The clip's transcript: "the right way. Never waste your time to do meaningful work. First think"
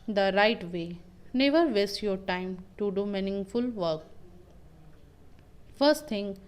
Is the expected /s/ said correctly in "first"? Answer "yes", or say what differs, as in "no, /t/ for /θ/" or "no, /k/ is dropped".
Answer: yes